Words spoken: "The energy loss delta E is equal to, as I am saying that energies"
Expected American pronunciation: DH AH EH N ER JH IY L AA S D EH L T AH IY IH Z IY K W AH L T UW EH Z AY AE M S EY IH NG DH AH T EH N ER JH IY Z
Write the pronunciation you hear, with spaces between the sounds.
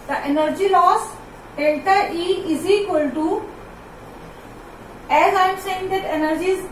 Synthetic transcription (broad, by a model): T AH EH N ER JH IY L AA S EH N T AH IY IH Z IY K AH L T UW EH Z AY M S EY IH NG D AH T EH N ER JH IY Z